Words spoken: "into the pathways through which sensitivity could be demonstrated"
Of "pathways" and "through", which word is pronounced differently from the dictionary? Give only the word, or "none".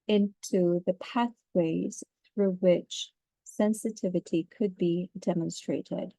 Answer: none